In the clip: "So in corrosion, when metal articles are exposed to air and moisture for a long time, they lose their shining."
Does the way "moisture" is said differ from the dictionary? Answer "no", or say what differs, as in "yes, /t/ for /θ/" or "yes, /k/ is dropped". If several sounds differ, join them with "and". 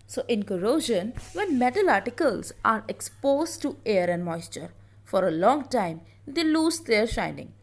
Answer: no